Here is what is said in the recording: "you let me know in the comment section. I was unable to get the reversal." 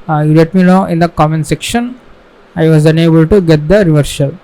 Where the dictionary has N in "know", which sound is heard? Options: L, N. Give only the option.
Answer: L